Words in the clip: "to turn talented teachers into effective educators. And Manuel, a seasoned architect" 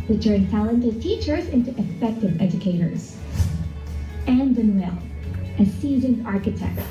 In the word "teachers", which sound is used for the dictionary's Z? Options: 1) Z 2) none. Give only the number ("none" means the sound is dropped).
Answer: 1